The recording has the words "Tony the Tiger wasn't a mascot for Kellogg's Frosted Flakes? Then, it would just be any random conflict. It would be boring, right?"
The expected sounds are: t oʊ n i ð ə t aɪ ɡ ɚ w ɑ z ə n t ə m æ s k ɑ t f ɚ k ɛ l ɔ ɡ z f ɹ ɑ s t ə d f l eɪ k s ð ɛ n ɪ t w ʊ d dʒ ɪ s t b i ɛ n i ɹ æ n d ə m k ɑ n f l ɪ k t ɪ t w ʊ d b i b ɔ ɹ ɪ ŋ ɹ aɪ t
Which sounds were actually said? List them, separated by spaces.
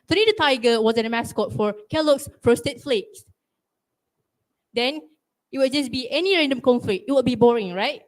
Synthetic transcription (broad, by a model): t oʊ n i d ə t aɪ ɡ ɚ w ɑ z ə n ə m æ s k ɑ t f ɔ k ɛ l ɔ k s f ɹ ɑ s t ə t f l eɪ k s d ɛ n ɪ t w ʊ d dʒ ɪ s b i ɛ n i ɹ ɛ n d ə m k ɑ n f l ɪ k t ɪ t w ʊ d b i b ɔ ɹ ɪ ŋ ɹ aɪ t